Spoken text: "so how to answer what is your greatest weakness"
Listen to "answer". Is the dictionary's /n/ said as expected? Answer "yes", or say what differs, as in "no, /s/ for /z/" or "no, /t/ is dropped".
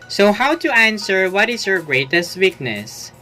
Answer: yes